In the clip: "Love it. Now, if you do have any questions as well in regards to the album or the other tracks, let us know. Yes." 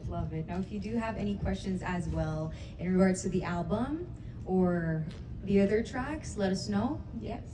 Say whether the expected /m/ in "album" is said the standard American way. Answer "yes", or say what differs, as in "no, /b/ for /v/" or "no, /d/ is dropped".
yes